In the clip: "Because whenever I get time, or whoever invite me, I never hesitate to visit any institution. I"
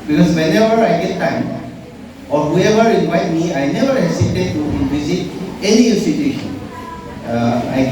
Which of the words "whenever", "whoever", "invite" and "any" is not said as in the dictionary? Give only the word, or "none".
none